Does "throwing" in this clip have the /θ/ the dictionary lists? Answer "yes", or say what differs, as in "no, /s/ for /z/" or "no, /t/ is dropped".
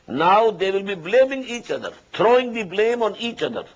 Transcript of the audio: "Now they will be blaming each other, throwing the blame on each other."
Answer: no, /t/ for /θ/